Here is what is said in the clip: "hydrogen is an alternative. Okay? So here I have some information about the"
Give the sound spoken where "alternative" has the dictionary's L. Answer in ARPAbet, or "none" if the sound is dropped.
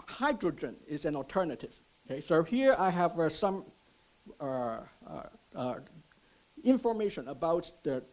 L